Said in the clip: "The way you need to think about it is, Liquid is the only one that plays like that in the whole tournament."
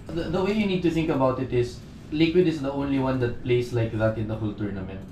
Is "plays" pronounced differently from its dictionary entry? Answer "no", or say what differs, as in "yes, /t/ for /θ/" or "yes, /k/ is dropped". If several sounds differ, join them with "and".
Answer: yes, /s/ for /z/